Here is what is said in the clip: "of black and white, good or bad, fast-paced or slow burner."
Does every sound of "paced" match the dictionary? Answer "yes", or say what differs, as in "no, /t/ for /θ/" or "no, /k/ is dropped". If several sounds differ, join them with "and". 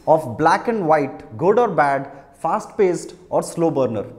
yes